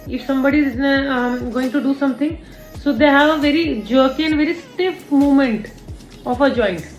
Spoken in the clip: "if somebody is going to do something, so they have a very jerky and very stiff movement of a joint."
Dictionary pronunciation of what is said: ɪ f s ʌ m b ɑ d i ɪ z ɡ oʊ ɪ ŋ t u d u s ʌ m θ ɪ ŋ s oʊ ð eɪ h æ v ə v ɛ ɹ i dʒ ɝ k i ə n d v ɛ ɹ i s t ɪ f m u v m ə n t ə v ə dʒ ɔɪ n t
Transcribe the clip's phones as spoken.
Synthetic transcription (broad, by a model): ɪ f s ʌ m b ɑ d i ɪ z ɡ oʊ ɪ ŋ t u d u s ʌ m t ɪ ŋ s oʊ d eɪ h æ v ə v ɛ ɹ i dʒ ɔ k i ə n d v ɛ ɹ i s t ɪ f m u m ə n t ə f ə dʒ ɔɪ n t